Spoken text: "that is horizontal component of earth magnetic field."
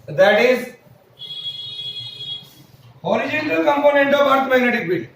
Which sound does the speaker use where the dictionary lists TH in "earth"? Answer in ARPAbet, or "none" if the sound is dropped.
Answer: T